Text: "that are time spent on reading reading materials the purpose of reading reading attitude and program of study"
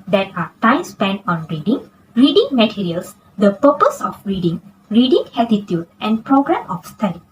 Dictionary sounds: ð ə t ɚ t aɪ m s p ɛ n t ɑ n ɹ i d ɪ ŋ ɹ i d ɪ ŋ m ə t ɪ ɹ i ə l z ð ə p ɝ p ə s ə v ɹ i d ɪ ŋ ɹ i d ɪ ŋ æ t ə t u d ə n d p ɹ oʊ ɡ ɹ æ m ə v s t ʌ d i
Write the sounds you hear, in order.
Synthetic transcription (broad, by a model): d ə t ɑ t aɪ m s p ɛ n ɑ n ɹ i d ɪ ŋ ɹ i d ɪ ŋ m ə t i ɹ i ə l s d ə p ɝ p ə s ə f ɹ i d ɪ ŋ ɹ i d ɪ ŋ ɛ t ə t u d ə n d p ɹ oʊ ɡ ɹ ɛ m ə f s t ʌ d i